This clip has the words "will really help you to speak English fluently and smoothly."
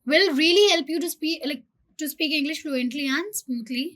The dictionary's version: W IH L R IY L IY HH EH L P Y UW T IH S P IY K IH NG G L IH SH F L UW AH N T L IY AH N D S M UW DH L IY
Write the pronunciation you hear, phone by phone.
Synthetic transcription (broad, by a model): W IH L R IY L IY HH EH L P Y UW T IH S P IY K IH NG G L IH SH F L UW AH N T L IY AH N S M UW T L IY